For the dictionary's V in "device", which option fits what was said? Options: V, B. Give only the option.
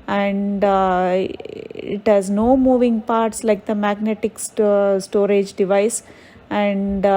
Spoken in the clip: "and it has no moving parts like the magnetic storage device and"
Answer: V